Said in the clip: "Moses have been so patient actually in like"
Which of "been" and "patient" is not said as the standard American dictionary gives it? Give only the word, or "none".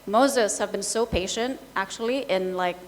none